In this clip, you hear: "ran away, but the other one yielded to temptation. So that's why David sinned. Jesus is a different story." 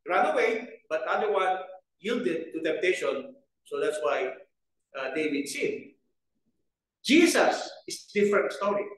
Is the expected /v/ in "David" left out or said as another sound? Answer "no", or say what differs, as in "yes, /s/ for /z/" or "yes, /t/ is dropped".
yes, /w/ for /v/